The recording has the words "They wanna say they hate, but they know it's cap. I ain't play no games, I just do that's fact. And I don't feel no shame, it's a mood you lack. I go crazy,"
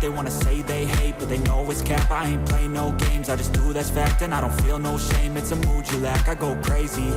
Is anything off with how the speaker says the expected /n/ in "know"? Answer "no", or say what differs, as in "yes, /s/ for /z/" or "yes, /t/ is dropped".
yes, /l/ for /n/